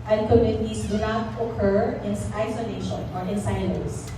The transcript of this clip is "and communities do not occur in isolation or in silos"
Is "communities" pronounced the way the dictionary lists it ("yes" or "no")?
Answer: no